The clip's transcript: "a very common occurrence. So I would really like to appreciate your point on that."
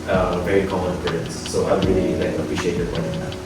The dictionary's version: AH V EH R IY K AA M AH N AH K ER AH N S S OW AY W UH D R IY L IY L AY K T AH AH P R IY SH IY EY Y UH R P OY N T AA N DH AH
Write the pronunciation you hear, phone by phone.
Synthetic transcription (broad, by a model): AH V EH R IY K AA M AH N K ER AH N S S OW AY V R IY L IY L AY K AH AH P R IY SH IY EY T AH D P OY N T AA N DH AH